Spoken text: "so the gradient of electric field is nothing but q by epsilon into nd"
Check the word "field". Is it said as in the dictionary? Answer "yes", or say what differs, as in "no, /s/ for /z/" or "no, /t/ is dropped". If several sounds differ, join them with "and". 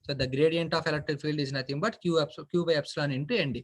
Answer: yes